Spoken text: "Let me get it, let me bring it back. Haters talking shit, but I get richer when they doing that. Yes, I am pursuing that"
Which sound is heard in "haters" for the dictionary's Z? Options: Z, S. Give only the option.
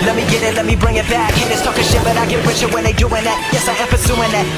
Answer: S